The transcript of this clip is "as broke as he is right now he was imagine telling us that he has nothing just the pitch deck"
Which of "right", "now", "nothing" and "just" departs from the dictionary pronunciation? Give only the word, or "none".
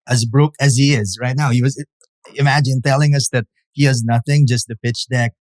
none